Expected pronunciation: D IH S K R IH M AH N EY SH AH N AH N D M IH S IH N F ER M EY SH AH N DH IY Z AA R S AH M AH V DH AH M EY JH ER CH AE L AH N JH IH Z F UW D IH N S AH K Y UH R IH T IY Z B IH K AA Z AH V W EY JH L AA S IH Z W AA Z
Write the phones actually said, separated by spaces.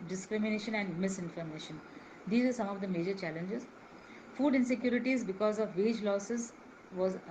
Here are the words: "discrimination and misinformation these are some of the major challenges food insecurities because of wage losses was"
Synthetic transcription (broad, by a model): D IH S K R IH M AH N EY SH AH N AH N D M IH S IH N F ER M EY SH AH N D IY Z AA R S AH M AH V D AH M EY JH ER CH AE L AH N JH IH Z F UW D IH N S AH K Y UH R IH T IY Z B IH K AA Z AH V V EY JH L AA S IH Z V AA Z